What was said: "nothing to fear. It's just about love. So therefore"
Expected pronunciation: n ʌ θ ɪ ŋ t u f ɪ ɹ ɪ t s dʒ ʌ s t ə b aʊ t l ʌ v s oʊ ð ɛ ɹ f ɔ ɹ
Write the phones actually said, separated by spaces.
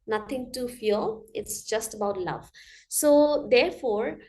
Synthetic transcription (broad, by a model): n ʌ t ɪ ŋ t u f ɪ l ɪ t s dʒ ʌ s t ə b aʊ t l ʌ v s oʊ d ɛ ɹ f ɔ ɹ